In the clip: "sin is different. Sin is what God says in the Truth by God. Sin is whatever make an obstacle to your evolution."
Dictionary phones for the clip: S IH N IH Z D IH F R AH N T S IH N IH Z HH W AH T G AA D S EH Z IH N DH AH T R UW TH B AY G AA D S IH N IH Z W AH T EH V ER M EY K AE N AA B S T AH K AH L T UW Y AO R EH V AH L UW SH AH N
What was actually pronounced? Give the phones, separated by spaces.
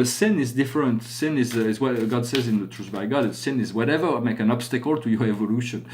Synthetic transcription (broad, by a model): S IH N IH Z D IH F R AH N T S IH N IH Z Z W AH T G AA D S EH Z IH N DH AH T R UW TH B AY G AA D S IH N IH Z W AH T EH V ER M EY K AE N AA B S T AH K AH L T UW Y AO R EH V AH L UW SH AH N